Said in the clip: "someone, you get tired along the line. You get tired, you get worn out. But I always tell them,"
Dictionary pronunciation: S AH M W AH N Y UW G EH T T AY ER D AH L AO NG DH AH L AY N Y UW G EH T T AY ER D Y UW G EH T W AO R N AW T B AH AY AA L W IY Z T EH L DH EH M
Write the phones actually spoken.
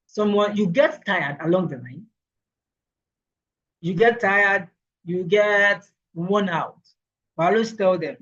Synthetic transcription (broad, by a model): S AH M W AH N Y UW G EH T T AY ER D AH L AO NG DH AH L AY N Y UW G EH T T AY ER D Y UW G EH T W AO N AW T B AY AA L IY S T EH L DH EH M